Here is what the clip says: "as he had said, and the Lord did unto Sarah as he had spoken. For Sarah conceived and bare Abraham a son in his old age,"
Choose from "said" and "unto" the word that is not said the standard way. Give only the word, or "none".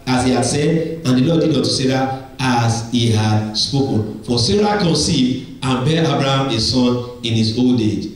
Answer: unto